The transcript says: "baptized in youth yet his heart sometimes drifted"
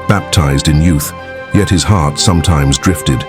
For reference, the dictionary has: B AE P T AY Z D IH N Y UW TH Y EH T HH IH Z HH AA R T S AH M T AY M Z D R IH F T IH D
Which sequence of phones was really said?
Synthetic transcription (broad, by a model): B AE P T AY Z D IH N Y UW TH Y EH T HH IH Z HH AA R T S AH M T AY M Z D R IH F T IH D